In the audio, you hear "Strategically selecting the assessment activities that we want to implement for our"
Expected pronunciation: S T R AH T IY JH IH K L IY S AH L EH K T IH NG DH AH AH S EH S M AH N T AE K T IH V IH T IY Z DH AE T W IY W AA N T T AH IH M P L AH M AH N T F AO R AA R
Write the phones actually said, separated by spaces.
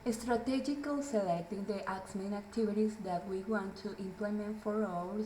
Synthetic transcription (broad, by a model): S T R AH T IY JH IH K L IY S AH L EH K T IH NG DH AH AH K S M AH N AE K T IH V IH T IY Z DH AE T W IY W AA N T T AH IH M P L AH M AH N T F AO R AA